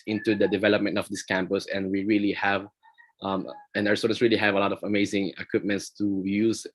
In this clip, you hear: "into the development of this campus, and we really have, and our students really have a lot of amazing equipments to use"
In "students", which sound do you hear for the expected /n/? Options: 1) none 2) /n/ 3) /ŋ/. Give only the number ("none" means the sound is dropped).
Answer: 1